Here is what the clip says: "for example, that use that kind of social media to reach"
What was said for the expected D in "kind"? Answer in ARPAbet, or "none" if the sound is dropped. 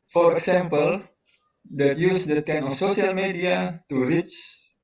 none